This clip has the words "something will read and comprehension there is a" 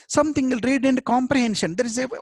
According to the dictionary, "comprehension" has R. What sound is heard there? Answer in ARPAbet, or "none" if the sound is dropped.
R